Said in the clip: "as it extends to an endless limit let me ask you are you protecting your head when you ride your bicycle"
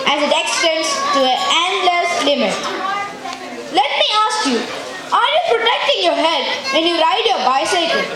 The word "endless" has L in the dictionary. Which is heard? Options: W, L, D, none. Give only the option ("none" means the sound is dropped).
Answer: L